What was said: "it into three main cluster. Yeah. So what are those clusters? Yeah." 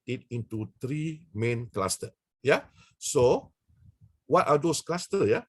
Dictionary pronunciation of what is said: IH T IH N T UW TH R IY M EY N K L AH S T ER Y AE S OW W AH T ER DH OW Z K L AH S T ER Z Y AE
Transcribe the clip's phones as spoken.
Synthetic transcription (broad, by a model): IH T IH N T UW T R IY M EY N K L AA S T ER Y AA S OW W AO T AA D OW S K L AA S T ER Y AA